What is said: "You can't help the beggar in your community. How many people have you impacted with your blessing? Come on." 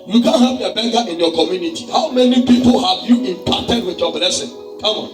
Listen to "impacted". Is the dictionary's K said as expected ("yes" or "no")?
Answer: no